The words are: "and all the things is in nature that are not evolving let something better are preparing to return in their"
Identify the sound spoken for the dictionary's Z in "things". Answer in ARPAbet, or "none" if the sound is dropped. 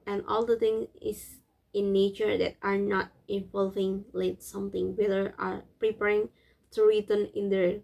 none